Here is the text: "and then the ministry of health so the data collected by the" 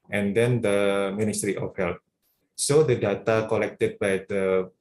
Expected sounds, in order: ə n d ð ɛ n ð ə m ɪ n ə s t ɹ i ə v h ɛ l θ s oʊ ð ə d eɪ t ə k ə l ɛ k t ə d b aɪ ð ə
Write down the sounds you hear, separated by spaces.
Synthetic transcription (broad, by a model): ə n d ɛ n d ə m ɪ n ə s t ɹ i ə f h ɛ l t s oʊ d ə d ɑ t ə k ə l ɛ k t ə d b aɪ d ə